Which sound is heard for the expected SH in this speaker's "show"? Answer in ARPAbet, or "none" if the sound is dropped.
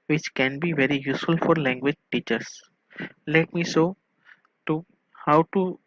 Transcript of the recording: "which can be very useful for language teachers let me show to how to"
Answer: S